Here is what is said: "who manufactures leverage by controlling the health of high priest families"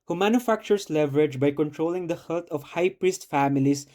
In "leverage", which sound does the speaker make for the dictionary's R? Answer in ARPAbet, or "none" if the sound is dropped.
R